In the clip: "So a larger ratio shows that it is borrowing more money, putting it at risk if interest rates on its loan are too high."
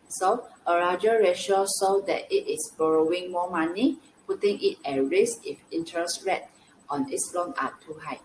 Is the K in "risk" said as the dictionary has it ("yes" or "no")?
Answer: no